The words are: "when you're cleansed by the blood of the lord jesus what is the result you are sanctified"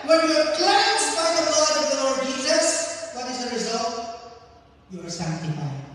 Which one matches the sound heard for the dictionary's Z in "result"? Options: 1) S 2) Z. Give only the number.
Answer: 2